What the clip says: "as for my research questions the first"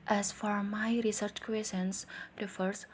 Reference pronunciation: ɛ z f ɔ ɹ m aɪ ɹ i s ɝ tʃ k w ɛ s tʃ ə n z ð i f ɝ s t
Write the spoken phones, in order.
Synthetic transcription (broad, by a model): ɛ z f ɔ ɹ m aɪ ɹ i s ɝ tʃ k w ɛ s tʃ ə n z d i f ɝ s